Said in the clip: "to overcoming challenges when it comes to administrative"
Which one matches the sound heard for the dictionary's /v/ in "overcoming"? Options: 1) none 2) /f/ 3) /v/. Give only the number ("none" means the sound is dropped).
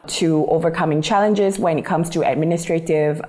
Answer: 3